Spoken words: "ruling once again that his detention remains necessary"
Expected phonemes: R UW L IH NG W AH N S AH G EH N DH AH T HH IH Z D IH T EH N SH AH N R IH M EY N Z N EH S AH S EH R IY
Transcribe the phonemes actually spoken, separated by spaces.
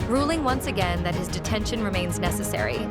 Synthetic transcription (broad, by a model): R UW L IH NG W AH N S AH G EH N DH AH T HH IH Z D IH T EH N SH AH N R IH M EY N Z N EH S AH S EH R IY